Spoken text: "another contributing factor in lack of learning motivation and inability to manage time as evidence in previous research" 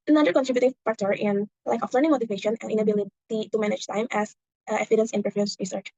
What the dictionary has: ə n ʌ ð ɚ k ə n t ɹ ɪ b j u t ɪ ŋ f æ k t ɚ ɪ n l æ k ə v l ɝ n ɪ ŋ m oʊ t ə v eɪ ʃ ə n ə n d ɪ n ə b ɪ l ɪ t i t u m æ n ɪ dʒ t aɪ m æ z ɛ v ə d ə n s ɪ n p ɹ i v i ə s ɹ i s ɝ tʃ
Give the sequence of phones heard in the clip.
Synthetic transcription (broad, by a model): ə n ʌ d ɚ k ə n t ɹ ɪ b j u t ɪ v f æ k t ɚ ɪ n l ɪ k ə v l ɝ n ɪ ŋ m oʊ t ə v eɪ ʃ ə n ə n ɪ n ə b ɪ l ɪ t i t u m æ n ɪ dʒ t aɪ m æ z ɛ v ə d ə n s ɪ n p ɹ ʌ f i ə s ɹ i s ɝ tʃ